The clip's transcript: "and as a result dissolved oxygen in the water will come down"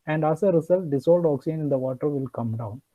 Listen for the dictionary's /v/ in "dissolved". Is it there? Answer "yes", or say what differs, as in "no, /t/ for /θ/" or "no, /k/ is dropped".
no, /v/ is dropped